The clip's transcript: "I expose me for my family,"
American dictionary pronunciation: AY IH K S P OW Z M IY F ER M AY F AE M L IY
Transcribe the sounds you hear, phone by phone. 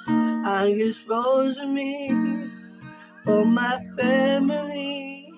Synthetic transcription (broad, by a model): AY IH S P OW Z M IY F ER M AY F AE M L IY